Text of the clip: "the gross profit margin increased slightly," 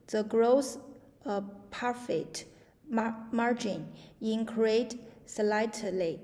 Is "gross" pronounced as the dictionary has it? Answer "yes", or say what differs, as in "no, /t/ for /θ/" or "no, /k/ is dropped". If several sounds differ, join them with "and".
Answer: yes